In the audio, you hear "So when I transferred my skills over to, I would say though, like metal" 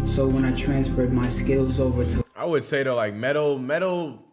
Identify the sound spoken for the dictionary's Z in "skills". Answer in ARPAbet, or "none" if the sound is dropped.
Z